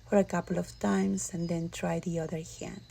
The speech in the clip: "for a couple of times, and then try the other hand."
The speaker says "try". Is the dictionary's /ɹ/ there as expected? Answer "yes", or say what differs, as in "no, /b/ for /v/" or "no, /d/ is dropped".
yes